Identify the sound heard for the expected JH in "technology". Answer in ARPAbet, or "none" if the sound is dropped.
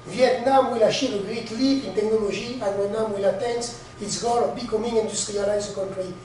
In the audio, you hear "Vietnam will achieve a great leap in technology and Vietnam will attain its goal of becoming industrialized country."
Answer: ZH